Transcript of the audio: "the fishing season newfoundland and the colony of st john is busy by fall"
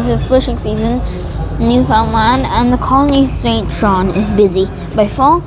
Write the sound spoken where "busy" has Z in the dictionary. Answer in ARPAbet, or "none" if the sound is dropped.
Z